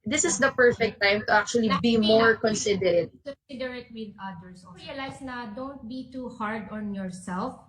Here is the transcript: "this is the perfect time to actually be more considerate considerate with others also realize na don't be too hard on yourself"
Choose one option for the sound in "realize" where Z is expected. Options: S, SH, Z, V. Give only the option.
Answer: S